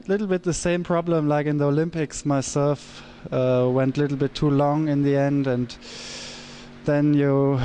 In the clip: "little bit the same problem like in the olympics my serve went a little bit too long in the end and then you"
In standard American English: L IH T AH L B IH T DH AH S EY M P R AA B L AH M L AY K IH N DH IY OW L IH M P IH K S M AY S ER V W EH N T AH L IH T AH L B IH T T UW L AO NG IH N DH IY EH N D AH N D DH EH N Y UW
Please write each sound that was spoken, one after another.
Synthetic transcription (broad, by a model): L IH T L B IH T DH AH S EY M P R AA B L AH M L AY K IH N DH IY OW L IH M P IH K S M AY S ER F W EH N T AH L IH T L B IH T T UW L AO NG IH N DH IY EH N D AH N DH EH N Y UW